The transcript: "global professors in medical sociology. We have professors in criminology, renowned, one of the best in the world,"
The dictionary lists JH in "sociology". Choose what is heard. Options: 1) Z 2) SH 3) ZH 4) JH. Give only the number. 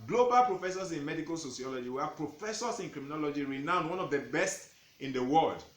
4